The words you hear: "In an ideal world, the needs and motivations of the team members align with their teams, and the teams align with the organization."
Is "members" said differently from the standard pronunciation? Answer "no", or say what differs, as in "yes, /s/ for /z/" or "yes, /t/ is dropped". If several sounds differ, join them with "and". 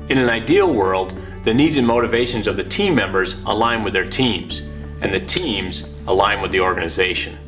no